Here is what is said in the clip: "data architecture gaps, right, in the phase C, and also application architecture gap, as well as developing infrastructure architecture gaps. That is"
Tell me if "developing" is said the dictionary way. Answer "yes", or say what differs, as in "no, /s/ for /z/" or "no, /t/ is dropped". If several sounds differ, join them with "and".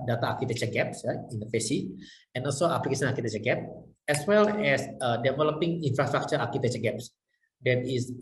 yes